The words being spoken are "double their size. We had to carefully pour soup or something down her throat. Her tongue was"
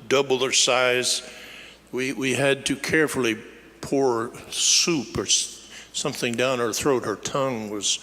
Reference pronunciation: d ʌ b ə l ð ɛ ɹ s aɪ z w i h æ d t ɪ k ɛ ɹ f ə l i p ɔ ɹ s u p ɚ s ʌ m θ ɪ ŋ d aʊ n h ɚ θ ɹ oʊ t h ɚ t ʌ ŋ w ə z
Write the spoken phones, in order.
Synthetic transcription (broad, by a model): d ʌ b l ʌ ɹ s aɪ z w i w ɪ d t ɪ k ɛ ɹ f l i p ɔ ɹ s u p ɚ s ʌ m θ ɪ ŋ d aʊ n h ɚ θ ɹ oʊ t h ɚ t ʌ ŋ w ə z